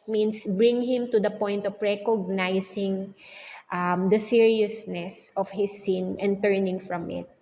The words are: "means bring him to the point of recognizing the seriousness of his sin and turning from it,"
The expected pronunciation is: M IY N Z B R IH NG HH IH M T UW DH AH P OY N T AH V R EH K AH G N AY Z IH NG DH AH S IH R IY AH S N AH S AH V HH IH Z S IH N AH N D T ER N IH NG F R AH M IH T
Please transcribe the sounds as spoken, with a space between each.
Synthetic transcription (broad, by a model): M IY N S B R IH NG HH IH M T UW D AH P OY N T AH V R EH K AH G N AY S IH NG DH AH S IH R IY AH S N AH S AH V HH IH S IH N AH N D T ER N IH NG F R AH M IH T